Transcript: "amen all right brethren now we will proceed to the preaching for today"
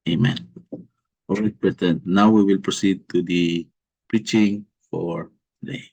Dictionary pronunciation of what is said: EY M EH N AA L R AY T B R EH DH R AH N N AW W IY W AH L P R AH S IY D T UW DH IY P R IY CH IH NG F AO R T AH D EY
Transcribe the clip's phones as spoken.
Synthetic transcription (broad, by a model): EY M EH N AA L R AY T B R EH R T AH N N AW W IY W AH L P R AH S IY D T UW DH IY P R IY CH IH NG F AO R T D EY